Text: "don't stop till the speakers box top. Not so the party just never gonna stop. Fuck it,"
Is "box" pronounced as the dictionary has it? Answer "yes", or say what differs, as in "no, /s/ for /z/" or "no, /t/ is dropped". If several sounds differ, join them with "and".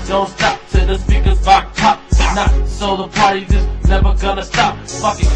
no, /s/ is dropped